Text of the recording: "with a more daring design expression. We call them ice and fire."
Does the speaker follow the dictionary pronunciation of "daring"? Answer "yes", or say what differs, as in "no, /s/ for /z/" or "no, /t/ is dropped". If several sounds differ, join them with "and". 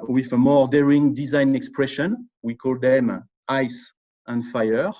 yes